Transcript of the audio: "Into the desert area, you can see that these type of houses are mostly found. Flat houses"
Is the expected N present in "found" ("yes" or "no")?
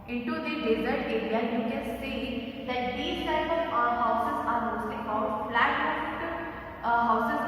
no